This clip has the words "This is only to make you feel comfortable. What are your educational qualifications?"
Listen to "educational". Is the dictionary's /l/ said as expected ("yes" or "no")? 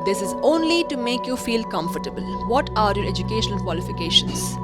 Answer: no